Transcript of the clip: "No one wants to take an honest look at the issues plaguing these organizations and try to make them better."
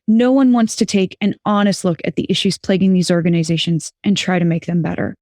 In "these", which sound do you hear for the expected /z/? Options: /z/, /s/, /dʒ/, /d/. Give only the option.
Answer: /z/